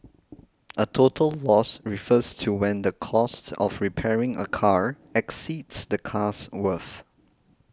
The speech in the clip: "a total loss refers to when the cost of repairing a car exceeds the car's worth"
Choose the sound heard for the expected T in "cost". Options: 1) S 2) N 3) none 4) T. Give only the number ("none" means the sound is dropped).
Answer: 4